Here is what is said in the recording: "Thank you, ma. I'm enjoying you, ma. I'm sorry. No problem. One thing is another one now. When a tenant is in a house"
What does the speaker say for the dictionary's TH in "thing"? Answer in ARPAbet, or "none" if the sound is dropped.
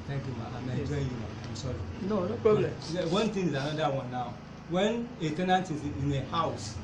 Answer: T